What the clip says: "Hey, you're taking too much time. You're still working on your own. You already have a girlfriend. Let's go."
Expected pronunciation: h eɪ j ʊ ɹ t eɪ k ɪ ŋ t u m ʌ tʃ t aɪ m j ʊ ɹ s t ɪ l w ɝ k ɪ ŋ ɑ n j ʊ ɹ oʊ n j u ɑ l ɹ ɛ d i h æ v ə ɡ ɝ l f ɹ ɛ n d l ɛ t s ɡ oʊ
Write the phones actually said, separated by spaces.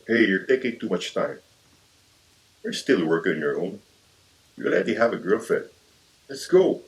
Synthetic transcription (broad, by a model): h eɪ j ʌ ɹ t eɪ k ɪ ŋ t u m ʌ tʃ t aɪ m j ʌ ɹ s t ɪ l w ɝ k ɪ ŋ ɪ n j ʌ ɹ oʊ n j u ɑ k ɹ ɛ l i h æ v ə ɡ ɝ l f ɛ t l ɛ t s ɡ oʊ